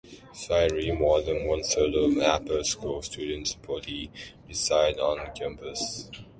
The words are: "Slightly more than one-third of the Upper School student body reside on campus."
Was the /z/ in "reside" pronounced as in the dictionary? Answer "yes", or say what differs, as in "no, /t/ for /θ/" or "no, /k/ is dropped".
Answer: no, /s/ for /z/